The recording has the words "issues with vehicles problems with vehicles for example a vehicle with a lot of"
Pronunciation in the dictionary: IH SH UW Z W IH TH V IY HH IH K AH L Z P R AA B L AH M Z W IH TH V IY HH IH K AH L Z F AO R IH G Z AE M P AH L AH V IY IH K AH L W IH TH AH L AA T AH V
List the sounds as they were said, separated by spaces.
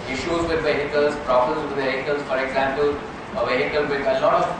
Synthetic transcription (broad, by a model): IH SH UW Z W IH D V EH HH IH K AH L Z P R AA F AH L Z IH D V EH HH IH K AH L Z F AO R IH G Z AE M P AH L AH V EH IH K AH L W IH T AH L AA T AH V